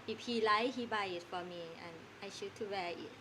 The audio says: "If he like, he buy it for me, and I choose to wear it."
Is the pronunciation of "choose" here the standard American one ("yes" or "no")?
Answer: no